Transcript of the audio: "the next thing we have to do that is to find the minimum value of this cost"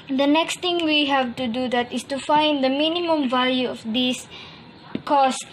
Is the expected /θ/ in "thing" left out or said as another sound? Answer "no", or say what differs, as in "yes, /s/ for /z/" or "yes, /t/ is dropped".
yes, /t/ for /θ/